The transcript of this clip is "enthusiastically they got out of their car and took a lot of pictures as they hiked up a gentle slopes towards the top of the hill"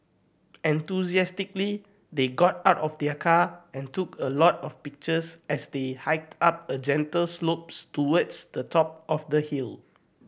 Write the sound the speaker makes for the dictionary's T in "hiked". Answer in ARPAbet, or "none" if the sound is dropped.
T